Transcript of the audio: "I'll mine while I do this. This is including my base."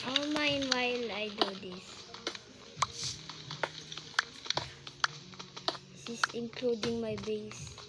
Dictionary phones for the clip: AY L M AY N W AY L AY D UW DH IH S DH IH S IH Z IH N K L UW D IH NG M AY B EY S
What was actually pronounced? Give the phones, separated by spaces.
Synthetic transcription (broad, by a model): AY M AY N W AY L AY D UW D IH S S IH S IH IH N K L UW D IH NG M AY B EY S